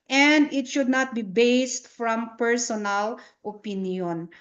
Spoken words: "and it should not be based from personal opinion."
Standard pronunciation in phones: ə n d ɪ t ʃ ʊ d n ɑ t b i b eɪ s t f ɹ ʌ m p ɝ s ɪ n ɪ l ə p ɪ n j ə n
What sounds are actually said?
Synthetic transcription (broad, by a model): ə n d ɪ t ʃ ʊ d n ɑ t b i b eɪ s t f ɹ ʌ m p ɝ s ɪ n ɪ l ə p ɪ n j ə n